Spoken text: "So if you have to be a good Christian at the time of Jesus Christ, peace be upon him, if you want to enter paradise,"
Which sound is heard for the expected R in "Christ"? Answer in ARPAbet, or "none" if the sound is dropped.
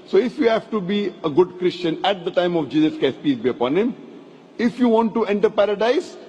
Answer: none